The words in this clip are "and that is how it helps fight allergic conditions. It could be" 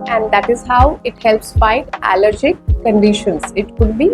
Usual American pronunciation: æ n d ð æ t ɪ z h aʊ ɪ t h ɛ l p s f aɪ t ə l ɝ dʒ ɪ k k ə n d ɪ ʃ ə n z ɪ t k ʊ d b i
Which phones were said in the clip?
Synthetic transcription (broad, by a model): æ n d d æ t ɪ z h aʊ ɪ t h ɛ l p s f aɪ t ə l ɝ dʒ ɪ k k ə n d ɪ ʃ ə n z ɪ t k ʊ d b i